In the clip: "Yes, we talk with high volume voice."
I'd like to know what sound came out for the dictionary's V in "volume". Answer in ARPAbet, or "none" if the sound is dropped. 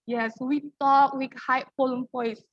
P